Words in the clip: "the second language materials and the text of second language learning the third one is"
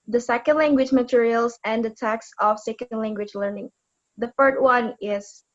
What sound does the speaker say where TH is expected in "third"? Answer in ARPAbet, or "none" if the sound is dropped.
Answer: F